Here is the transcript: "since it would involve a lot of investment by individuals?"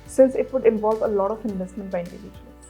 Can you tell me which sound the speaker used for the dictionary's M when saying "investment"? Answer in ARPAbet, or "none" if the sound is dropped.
M